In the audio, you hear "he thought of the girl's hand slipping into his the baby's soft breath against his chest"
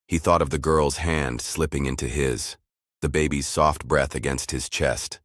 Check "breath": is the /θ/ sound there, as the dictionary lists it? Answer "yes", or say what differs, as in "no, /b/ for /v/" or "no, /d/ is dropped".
yes